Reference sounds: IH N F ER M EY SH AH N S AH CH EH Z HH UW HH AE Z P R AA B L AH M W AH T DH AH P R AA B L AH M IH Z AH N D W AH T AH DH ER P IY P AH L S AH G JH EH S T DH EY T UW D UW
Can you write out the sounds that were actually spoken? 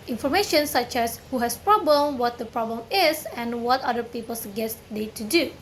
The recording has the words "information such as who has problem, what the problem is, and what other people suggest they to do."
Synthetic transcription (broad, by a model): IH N F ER M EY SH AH N S AH CH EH S HH UW HH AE S P R AA B L AH M W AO T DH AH P R AA B L AH M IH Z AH N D W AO T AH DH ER P IY P AH L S G EH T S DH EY T UW D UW